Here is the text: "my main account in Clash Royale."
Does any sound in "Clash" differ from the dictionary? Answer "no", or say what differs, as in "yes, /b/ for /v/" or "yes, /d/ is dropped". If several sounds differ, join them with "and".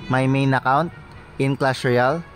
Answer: yes, /s/ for /ʃ/